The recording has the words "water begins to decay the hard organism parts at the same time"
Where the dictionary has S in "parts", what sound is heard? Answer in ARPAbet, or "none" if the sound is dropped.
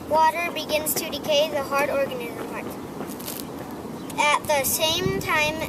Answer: none